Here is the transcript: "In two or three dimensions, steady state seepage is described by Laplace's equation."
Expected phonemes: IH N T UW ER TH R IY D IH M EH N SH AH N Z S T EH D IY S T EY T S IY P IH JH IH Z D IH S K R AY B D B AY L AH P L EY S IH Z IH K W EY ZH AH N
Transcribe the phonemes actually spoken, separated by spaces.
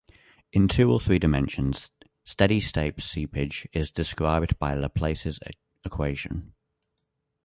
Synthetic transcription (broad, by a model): IH N T UW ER TH R IY D IH M EH N SH AH N Z S T EH D IY S T EY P S IY P IH JH IH Z D IH S K R AY B D B AY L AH P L EY S IH Z IH K W EY ZH AH N